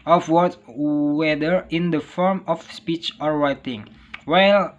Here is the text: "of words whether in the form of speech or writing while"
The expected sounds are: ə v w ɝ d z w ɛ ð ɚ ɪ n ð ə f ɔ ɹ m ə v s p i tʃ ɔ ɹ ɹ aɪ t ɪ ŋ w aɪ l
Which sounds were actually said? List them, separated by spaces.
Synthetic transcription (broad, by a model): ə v w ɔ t w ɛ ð ɚ ɪ n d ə f ɔ ɹ m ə f s p i tʃ ɔ ɹ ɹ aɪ t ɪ ŋ w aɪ l